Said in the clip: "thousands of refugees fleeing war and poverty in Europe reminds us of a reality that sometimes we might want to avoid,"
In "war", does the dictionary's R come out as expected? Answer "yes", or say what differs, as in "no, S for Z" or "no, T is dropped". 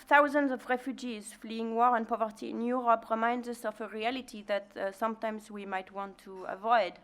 yes